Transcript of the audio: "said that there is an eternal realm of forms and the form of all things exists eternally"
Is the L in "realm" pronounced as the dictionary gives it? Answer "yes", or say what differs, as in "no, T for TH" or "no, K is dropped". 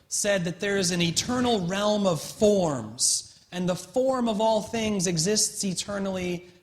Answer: yes